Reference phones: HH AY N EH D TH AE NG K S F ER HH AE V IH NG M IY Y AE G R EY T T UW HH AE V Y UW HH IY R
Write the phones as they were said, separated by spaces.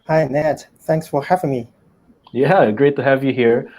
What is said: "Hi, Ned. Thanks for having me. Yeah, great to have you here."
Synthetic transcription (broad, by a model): HH AY N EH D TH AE NG K S F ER HH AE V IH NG M IY Y AE G R EY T T UW HH AE V Y UW HH IY R